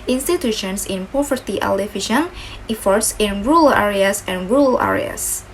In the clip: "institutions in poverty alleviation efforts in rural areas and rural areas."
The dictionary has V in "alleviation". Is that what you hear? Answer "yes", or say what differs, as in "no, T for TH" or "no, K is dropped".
no, F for V